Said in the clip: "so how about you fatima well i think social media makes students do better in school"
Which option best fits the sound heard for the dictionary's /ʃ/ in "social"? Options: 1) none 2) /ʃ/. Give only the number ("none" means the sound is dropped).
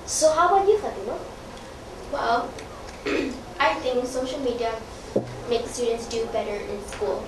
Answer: 2